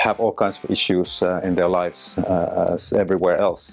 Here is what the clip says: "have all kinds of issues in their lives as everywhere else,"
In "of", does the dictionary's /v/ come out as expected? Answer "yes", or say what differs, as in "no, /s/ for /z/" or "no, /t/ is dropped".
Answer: yes